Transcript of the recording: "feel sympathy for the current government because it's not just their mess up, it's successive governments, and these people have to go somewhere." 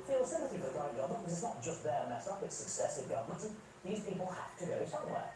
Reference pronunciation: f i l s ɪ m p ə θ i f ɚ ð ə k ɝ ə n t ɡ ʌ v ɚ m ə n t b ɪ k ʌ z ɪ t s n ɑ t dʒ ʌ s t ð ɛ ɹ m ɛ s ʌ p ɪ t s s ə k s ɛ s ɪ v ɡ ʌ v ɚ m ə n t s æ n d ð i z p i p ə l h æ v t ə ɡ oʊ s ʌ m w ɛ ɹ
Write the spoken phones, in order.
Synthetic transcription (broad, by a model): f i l s ɪ m p ə θ i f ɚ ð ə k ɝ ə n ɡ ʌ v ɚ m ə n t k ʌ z ɪ t s n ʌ t dʒ ʌ s t ð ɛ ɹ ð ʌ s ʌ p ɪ t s s ə k s ɛ s ɪ v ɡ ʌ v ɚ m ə n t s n ð i z p i p ə l h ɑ f t ə ɡ oʊ s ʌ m w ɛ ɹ